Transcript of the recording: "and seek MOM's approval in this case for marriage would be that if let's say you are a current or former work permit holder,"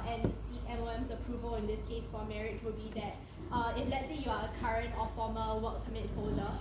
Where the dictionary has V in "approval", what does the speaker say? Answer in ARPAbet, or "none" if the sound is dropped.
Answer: V